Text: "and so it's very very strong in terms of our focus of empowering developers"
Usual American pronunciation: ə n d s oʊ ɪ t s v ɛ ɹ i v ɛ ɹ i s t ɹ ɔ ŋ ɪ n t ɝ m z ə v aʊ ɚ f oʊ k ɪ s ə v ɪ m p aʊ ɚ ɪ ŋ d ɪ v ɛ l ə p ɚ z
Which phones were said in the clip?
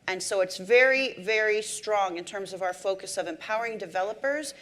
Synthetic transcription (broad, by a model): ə n s oʊ ɪ t s v ɛ ɹ i v ɛ ɹ i s t ɹ ɔ ŋ ɪ n t ɝ m z ə v aʊ ɚ f oʊ k ɪ s ə v ɪ m p aʊ ɚ ɪ ŋ d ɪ v ɛ l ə p ɚ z